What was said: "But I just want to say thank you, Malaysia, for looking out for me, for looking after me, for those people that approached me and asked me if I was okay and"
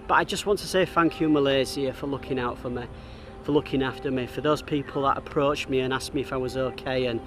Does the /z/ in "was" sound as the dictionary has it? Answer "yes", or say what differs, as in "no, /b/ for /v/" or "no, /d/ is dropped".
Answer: yes